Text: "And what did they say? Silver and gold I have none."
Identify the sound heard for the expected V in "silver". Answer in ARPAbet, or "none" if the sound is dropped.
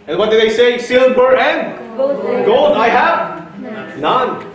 B